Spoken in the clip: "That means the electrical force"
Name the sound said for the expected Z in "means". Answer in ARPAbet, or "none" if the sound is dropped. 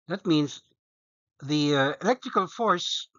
Z